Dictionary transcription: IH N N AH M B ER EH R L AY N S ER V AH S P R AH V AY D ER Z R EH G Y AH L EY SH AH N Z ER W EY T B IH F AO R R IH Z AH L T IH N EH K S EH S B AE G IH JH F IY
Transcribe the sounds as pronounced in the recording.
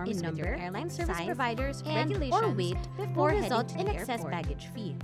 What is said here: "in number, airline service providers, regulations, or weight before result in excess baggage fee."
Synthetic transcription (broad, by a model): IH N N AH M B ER EH R L AY N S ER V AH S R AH V AY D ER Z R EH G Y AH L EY AH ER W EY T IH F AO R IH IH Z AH L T IH N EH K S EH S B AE G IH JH F IY